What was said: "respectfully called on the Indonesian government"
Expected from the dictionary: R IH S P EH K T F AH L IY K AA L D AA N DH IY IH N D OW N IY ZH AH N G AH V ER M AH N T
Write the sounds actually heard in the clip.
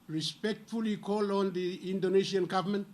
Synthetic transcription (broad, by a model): R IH S P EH K T F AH L IY K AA L AA N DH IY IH N D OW N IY S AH N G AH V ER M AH N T